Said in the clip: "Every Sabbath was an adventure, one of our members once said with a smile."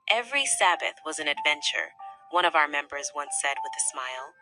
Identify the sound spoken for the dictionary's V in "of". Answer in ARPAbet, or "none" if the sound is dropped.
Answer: V